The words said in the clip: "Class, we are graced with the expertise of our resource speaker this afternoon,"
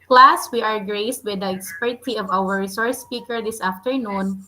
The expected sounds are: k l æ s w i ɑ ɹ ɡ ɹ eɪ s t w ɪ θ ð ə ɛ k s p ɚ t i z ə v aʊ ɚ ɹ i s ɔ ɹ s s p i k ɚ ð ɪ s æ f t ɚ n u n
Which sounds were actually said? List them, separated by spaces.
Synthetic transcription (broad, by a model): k l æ s w i ɑ ɹ ɡ ɹ eɪ s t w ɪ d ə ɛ k s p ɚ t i ə v aʊ ɚ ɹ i s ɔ ɹ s s p i k ɚ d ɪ s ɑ f t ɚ n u n